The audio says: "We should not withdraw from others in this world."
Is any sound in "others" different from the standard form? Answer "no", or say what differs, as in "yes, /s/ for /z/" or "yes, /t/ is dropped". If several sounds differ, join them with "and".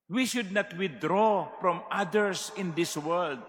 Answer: yes, /s/ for /z/